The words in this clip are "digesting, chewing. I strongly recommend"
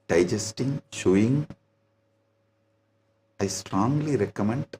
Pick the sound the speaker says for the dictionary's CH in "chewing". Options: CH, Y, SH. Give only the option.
SH